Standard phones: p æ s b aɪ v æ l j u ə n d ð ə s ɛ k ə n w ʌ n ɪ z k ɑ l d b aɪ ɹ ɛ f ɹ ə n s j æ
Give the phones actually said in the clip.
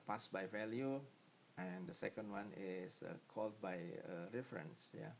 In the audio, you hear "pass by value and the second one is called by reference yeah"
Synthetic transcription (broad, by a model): p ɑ s b aɪ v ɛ l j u ə n d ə s ɛ k ə n w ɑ n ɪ s k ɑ l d b aɪ ɹ ɛ f ɹ ə n s j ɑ